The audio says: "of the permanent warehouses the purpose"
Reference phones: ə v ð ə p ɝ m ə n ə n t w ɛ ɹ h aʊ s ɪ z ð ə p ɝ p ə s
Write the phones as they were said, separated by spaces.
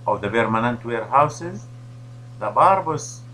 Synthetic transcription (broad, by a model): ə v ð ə b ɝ m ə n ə n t w ɛ ɹ h aʊ s ɪ z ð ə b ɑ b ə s